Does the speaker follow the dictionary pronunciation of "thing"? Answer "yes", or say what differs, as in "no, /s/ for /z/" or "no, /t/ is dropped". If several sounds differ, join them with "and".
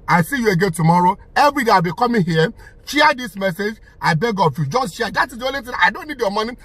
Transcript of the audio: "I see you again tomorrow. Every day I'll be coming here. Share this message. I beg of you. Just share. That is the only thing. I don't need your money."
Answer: no, /t/ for /θ/